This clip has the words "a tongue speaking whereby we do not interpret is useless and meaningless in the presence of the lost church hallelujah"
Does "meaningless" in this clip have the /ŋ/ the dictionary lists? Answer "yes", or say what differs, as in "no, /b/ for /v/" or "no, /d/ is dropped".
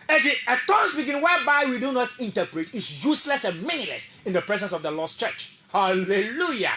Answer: no, /ŋ/ is dropped